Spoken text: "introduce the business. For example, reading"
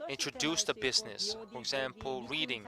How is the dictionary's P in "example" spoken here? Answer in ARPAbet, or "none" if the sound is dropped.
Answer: P